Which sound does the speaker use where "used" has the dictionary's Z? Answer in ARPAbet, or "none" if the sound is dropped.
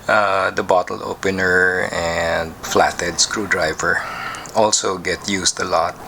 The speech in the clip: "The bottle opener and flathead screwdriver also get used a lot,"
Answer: S